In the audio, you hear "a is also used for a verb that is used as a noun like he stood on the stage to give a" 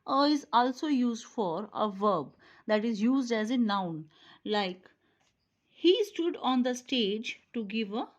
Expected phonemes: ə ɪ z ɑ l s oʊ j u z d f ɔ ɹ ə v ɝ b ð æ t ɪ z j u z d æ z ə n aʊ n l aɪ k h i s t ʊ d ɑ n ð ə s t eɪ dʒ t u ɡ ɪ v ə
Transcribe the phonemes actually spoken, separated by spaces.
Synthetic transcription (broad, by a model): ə ɪ z ɑ l s oʊ j u z d f ɔ ɹ ə v ɝ b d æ t ɪ z j u z d æ z ə n aʊ n l aɪ k h i s t ʊ d ɑ n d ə s t eɪ dʒ t u ɡ ɪ v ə